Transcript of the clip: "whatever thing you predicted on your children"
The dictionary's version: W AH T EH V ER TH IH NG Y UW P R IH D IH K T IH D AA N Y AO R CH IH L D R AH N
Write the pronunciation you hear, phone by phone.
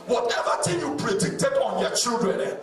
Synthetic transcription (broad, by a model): W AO T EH V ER T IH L Y UW P R IH D IH K T IH D AA N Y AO CH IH L D R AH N